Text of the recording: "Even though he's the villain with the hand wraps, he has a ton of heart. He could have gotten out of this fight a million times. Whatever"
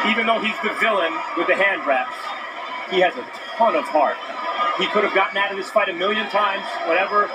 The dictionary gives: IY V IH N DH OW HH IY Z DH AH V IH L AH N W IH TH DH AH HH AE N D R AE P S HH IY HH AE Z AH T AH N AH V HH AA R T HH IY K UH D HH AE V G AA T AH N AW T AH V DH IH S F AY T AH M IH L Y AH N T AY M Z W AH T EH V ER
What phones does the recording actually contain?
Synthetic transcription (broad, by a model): IY V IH N DH OW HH IY Z DH AH V IH L AH N W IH DH AH HH AE N D R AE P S HH IY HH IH Z AH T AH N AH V HH AA R T HH IY K UH D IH V G AA T N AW T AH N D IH S P AY T AH M IH L Y AH N T AY M Z W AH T EH V ER